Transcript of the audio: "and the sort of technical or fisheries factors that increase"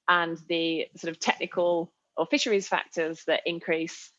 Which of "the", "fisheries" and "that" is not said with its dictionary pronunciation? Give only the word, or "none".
none